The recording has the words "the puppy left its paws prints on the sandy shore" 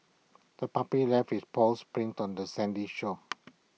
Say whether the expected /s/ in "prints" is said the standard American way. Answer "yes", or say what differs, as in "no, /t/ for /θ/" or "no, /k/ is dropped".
no, /s/ is dropped